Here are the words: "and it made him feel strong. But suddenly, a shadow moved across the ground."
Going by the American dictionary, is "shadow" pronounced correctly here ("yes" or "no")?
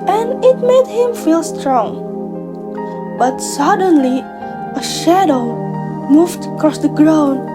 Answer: yes